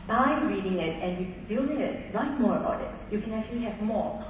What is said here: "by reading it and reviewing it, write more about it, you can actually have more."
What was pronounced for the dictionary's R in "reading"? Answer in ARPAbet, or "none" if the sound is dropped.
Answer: R